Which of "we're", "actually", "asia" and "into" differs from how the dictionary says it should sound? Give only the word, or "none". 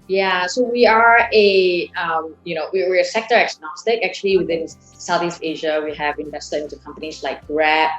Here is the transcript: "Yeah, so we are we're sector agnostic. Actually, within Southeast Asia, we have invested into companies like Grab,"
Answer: we're